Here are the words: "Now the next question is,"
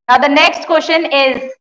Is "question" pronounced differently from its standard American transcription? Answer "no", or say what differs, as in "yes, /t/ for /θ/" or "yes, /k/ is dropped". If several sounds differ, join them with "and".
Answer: yes, /ʃ/ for /tʃ/